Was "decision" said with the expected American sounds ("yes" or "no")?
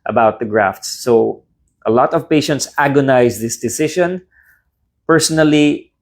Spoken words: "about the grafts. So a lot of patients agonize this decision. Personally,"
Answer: no